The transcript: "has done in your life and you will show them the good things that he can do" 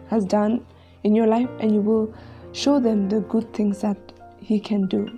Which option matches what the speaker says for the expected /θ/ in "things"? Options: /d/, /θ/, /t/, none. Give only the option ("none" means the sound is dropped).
/t/